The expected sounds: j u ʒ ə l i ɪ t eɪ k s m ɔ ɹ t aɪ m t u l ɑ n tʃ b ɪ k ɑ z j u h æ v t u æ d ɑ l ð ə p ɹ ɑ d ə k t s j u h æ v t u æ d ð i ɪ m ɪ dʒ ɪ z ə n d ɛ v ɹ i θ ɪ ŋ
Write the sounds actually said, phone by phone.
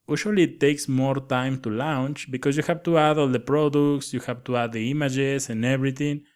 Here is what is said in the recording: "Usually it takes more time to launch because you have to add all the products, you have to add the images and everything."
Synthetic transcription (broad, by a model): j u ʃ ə l i t eɪ k s m ɔ ɹ t aɪ m t u l ɑ n tʃ b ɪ k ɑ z j u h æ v t u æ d ɑ l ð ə p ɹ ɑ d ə k t s j u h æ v t u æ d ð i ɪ m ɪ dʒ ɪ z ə n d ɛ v ɹ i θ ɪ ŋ